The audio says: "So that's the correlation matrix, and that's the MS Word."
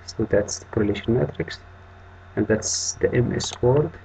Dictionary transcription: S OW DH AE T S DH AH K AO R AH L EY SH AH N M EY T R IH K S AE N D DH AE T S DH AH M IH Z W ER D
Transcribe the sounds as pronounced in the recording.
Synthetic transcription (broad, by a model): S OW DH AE T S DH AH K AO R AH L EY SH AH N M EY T R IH K S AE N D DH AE T S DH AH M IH S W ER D